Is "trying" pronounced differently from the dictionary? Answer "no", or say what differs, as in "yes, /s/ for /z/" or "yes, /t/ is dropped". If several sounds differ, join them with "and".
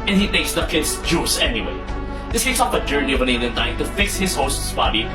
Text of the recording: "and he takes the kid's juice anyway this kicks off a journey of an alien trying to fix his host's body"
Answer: yes, /ɹ/ is dropped